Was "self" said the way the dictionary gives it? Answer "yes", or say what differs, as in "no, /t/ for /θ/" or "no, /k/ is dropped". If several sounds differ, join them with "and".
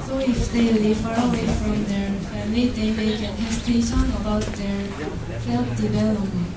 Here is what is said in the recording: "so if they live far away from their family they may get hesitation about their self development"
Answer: no, /p/ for /f/